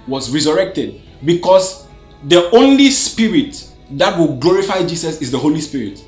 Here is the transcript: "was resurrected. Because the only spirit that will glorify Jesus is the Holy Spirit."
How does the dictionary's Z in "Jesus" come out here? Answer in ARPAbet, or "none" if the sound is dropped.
S